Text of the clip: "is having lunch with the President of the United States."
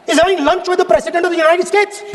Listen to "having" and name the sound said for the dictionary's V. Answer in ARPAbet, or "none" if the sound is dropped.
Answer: none